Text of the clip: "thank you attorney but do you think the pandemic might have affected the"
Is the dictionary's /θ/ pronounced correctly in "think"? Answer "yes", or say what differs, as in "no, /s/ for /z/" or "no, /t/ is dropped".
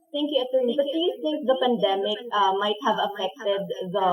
no, /s/ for /θ/